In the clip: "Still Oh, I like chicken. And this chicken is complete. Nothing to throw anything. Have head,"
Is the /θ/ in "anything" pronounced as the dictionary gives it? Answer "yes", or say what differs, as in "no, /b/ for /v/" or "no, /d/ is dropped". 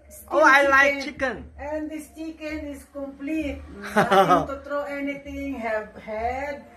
no, /t/ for /θ/